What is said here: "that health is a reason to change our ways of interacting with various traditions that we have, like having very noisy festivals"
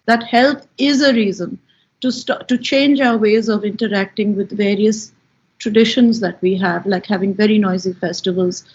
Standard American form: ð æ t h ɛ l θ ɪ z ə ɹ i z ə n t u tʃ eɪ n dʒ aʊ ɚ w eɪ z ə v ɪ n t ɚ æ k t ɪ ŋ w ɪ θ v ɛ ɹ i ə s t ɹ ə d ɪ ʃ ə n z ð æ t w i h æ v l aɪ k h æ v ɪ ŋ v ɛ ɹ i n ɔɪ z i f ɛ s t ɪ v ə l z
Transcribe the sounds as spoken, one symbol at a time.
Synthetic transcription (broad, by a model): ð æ t h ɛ l t ɪ z ə ɹ i z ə n t u tʃ eɪ n dʒ aʊ ɚ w eɪ z ə v ɪ n t ɚ æ k t ɪ ŋ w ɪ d v ɛ ɹ i ə s t ɹ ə d ɪ ʃ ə n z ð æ t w i h æ v l aɪ k h æ v ɪ ŋ v ɛ ɹ i n ɔɪ z i f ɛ s t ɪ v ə l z